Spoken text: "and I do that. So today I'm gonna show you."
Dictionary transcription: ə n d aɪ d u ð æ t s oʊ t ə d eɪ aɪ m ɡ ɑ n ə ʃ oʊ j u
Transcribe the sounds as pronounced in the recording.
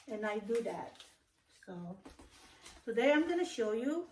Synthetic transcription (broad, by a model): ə n aɪ d u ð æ t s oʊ s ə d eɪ aɪ m ɡ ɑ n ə ʃ oʊ j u